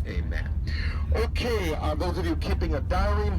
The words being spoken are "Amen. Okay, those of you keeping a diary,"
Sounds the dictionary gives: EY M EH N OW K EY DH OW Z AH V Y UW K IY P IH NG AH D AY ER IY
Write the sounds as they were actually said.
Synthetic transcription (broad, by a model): EY M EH N OW K EY DH OW Z AH V Y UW K IY P IH NG AH D AY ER IY